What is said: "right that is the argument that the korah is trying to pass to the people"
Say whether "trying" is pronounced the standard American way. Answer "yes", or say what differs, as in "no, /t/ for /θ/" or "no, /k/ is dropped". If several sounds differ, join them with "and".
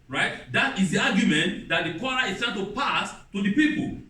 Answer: no, /ɹ/ is dropped